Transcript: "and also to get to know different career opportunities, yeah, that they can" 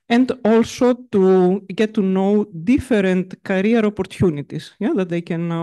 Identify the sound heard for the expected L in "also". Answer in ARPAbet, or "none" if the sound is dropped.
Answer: L